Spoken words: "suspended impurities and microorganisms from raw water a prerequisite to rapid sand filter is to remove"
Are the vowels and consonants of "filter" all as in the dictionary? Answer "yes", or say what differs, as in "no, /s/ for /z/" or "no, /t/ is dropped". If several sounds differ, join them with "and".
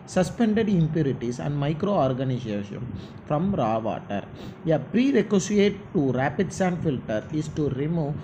yes